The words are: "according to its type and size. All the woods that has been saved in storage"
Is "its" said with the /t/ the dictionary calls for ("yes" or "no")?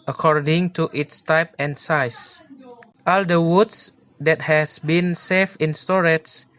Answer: yes